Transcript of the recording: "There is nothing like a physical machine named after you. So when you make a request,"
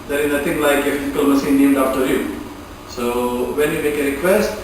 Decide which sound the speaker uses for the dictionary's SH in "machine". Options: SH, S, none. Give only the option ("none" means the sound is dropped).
S